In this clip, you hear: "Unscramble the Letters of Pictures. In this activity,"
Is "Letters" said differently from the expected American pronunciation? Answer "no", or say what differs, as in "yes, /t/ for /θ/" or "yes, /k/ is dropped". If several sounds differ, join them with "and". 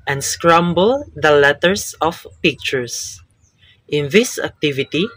yes, /s/ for /z/